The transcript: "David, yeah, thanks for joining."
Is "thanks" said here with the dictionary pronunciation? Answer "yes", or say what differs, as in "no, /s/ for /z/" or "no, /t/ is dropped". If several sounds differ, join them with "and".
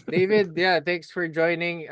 yes